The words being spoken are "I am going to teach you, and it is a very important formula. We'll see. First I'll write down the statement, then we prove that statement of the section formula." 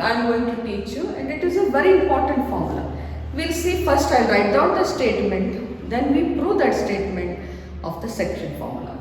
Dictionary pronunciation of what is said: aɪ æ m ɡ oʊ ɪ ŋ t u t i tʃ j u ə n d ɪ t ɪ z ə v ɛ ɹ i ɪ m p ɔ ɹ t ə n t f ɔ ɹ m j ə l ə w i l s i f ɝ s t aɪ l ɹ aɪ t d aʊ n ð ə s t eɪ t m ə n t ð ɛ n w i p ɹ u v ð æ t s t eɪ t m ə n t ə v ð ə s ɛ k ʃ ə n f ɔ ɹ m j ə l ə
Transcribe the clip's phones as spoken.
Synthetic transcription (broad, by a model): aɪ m ɡ oʊ ɪ ŋ t u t i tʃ j u ə n d ɪ t ɪ z ə v ɛ ɹ i ɪ m p ɔ ɹ t ə n t f ɔ ɹ m j ə l ə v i l s i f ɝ s t aɪ l ɹ aɪ t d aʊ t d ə s t eɪ t m ə n t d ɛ n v i p ɹ u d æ t s t eɪ t m ə n t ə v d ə s ɛ k ʃ ə n f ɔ ɹ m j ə l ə